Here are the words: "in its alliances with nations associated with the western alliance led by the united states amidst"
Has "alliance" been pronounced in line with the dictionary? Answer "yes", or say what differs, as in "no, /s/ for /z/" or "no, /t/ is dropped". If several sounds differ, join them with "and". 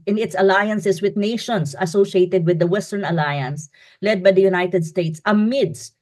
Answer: yes